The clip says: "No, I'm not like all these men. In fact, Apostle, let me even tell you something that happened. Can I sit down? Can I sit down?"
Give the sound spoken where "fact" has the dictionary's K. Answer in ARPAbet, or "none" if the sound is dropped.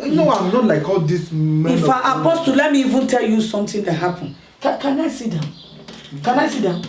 none